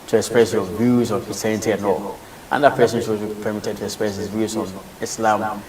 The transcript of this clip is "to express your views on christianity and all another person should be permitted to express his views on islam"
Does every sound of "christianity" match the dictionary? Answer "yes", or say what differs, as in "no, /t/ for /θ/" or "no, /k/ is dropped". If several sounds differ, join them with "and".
no, /tʃ/ is dropped